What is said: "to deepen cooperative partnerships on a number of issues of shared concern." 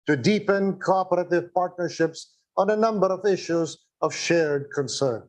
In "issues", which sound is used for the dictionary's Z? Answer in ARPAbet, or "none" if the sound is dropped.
Z